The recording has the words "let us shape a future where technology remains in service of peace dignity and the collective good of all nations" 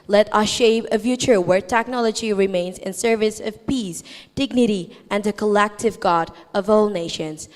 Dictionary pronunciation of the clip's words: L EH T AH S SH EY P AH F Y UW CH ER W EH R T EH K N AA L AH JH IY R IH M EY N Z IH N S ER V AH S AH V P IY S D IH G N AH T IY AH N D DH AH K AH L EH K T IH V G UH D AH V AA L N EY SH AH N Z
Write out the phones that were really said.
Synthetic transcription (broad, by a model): L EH T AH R SH EY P AH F Y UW CH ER W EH R T EH K N AA L AH JH IY R IH M EY N Z IH N S ER V AH S AH V P IY S D IH G N AH T IY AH N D DH AH K AH L EH K T IH V G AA D AH V AA L N EY SH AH N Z